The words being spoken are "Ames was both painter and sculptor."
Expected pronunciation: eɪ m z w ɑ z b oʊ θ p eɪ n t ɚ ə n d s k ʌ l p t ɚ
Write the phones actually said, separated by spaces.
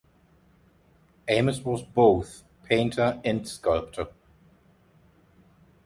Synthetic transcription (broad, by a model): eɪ m s w ɑ z b oʊ θ p eɪ n t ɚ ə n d s k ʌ l p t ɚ